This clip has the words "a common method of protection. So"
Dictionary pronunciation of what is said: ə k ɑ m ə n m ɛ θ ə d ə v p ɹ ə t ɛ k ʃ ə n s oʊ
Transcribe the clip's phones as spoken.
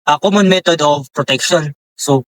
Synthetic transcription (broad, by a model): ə k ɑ m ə n m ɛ t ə d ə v p ɹ ə t ɛ k ʃ ə n s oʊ